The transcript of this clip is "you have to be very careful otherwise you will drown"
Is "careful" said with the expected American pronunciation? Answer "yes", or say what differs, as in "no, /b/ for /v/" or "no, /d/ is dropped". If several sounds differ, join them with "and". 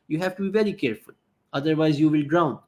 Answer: yes